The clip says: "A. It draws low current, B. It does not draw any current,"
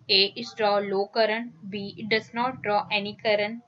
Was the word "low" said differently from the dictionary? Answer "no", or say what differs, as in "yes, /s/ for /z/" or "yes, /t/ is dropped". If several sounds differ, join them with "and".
no